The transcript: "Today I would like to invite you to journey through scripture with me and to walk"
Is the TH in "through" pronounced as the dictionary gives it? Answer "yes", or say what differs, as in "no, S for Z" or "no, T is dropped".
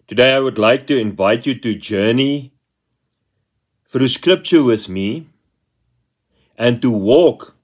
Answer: no, F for TH